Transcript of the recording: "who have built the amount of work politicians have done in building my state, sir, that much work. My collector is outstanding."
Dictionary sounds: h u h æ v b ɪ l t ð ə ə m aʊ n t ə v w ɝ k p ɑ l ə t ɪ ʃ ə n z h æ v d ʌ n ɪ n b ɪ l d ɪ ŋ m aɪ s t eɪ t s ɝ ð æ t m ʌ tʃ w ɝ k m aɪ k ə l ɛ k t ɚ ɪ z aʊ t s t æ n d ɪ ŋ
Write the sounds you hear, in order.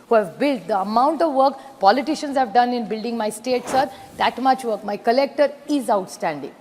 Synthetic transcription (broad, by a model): h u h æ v b ɪ l t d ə ə m aʊ n t ə v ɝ k p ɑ l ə t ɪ ʃ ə n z h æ v d ʌ n ɪ n b ɪ l d ɪ ŋ m aɪ s t eɪ t s ɝ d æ t m ʌ tʃ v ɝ k m aɪ k ə l ɛ k t ɚ ɪ z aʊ t s t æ n d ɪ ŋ